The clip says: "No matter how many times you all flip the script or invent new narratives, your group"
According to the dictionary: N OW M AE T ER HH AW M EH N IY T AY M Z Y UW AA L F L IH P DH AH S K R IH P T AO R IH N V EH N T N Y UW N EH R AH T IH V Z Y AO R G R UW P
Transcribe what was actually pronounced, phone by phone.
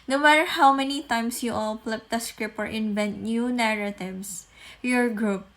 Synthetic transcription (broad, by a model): N OW M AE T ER HH AW M EH N IY T AY M S Y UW AA L P L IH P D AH S K R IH P AO R IH N V EH N T N Y UW N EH R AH T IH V S Y AO R G R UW P